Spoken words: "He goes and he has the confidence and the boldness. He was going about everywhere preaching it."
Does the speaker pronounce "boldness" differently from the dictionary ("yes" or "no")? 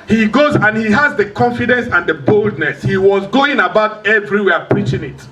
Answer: no